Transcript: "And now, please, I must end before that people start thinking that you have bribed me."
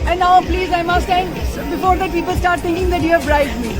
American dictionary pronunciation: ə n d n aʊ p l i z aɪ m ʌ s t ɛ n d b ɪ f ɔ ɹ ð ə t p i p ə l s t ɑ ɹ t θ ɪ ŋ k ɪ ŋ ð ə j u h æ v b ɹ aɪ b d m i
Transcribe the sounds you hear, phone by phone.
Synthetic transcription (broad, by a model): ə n n aʊ p l i z aɪ m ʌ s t ɛ n d b ɪ f ɔ ɹ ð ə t p i p ə l s t ɑ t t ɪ ŋ k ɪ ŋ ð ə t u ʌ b ɹ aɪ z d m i